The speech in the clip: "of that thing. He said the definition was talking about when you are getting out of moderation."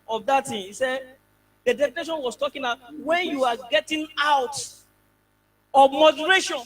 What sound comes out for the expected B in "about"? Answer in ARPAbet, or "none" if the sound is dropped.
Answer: none